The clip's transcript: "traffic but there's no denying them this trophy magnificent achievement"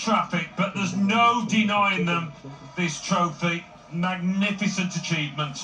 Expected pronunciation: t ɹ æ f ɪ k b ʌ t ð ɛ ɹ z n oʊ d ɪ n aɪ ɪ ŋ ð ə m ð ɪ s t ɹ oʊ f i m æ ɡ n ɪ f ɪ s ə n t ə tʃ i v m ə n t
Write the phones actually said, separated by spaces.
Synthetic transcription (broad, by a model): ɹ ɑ f ɪ k b ʌ t ð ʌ z n oʊ d ɪ n aɪ ɪ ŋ ð ə m ð ɪ s t ɹ oʊ f i m æ ɡ n ɪ f ɪ s ə n t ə tʃ i v m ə n t